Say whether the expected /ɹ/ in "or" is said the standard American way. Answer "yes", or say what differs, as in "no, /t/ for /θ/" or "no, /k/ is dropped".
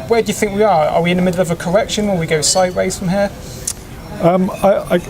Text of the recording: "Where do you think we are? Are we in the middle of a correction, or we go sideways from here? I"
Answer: no, /l/ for /ɹ/